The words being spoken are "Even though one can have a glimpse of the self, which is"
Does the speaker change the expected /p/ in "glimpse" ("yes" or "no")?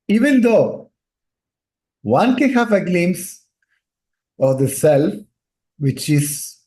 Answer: yes